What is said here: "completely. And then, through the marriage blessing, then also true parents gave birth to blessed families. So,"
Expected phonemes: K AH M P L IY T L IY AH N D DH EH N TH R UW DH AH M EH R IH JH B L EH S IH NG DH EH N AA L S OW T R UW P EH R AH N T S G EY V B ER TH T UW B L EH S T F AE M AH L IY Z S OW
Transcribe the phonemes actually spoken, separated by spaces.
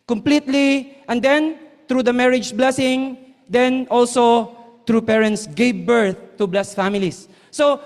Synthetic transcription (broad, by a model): K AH M P L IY T L IY AH N D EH N T R UW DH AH M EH R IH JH B L EH S IH NG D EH N AA L S OW T R UW P EH R AH N T S G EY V B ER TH T UW B L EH S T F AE M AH L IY S OW